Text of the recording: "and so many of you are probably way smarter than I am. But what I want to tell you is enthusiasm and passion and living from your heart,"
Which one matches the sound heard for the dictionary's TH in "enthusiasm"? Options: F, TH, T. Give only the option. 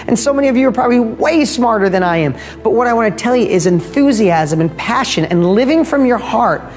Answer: TH